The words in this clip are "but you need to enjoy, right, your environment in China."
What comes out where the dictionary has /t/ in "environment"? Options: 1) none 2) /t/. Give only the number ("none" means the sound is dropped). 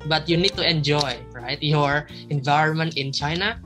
2